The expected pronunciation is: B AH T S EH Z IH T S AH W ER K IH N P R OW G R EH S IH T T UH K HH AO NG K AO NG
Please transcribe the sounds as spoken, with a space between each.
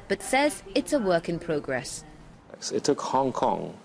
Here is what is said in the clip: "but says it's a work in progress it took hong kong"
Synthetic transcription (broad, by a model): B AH T S EH Z IH T S AH W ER K IH N P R OW G R EH S IH T T UH K HH AO NG K AO NG